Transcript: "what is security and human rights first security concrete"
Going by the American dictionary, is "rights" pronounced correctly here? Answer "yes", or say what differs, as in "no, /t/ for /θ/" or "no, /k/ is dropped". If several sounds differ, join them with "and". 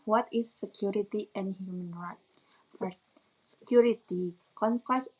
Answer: no, /s/ is dropped